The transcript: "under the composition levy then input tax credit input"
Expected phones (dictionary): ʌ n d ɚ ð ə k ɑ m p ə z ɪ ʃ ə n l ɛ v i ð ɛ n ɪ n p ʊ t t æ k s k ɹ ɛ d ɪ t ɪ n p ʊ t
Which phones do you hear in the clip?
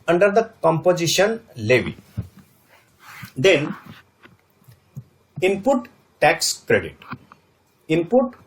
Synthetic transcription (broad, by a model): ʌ n d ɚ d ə k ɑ m p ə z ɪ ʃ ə n l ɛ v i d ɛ n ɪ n p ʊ t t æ k s k ɹ ɛ d ɪ t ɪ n p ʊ t